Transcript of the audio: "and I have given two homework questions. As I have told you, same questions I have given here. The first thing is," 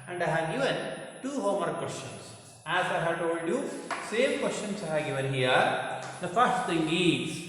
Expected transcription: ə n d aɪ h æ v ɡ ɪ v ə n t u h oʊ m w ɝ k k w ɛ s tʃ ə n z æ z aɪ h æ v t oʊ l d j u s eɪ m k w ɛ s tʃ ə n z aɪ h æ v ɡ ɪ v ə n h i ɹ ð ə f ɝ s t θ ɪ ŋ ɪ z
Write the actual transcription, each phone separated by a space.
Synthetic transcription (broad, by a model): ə n d aɪ h æ v ɡ ɪ v ə n t u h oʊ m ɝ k k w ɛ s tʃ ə n s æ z aɪ h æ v t oʊ l d j u s eɪ m k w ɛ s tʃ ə n s aɪ h æ v ɡ ɪ v ə n h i ɹ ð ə f ɝ s t t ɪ ŋ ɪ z